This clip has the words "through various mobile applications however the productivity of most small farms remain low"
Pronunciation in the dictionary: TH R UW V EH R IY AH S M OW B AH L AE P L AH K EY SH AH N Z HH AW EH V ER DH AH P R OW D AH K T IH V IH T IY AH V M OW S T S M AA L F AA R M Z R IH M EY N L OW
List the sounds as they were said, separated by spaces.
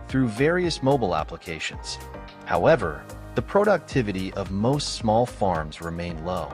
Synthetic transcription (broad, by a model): TH R UW V EH R IY AH S M OW B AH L AE P L AH K EY SH AH N Z HH AW EH V ER DH AH P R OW D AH K T IH V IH T IY AH V M OW S T S M AA L F AA R M Z R IH M EY N L OW